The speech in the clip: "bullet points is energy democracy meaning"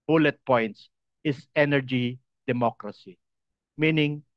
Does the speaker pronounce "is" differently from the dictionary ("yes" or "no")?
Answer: yes